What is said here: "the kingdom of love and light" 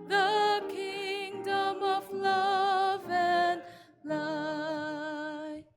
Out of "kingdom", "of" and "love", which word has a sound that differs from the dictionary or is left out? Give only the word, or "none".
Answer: none